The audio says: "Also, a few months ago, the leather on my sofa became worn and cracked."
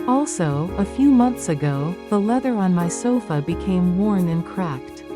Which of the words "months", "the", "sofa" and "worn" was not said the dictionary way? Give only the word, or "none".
none